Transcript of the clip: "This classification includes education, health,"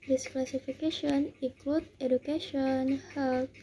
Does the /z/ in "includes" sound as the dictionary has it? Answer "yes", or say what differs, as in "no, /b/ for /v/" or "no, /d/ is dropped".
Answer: no, /z/ is dropped